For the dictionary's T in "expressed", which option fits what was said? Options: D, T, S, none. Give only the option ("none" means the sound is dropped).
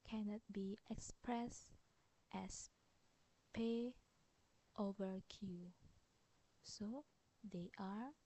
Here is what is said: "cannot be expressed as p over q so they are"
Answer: T